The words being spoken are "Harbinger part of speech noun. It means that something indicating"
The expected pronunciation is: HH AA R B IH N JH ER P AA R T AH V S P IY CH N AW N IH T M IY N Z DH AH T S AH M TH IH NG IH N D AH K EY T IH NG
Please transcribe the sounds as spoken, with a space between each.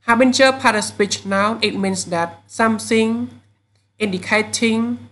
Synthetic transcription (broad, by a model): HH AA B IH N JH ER P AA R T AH S P IY CH N AW N IH T M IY N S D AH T S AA M S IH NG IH N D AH K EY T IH NG